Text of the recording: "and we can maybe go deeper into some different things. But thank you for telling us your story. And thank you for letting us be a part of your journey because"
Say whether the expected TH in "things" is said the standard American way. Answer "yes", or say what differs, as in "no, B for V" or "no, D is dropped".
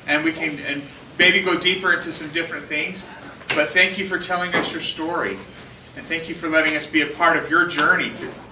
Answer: yes